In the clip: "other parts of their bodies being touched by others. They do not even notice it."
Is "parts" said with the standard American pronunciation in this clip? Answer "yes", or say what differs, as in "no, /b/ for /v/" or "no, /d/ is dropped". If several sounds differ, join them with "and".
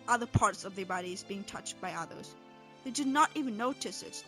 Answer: yes